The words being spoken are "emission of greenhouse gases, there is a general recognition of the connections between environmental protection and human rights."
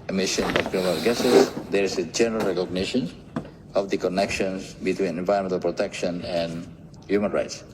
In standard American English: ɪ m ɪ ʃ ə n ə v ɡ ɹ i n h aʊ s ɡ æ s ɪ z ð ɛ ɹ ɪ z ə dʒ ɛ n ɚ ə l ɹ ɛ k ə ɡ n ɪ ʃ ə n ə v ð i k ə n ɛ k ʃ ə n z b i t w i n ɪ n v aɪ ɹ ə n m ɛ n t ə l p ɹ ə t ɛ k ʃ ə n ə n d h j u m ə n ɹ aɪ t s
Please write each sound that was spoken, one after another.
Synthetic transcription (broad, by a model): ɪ m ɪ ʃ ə n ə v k ɹ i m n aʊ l ɡ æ s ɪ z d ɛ ɹ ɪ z ə dʒ ɛ n ɚ ə l ɹ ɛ k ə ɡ n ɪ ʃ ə n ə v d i k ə n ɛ k ʃ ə n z b i t w i n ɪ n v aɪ ə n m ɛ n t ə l p ɹ ə t ɛ k ʃ ə n ə n d h j u m ə n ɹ aɪ t s